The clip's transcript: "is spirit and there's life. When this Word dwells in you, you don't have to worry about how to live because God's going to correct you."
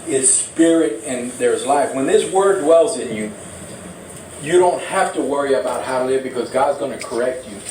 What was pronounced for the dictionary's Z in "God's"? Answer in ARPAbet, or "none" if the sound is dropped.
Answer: Z